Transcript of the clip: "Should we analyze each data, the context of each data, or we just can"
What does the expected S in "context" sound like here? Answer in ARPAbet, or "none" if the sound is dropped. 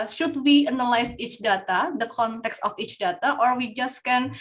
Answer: S